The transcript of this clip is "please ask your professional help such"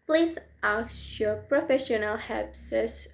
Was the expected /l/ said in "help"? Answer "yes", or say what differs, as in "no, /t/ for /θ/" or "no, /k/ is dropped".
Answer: no, /l/ is dropped